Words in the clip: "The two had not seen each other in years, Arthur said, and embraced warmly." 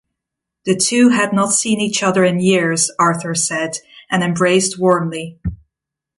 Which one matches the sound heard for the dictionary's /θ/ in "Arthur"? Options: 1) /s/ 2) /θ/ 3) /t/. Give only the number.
2